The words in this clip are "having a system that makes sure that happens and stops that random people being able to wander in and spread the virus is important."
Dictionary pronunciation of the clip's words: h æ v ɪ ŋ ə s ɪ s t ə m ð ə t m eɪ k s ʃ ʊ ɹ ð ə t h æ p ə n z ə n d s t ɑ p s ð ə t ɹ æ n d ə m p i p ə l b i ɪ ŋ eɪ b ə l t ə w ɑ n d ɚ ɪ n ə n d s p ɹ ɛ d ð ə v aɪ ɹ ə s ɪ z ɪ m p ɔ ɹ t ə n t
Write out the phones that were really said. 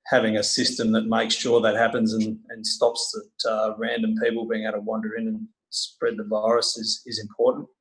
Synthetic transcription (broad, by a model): h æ v ɪ ŋ ə s ɪ s t ə m ð ə t m eɪ k s ʃ ʊ ɹ ð ə t h æ p ə n z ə n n s t ɑ p s ð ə t ɹ æ n d ə m p i p l b i ɪ ŋ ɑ ə t ə w ɑ n d ɚ ɪ n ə n s p ɹ ɛ d ð ə v aɪ ɹ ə s ɪ z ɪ m p ɔ ɹ t n t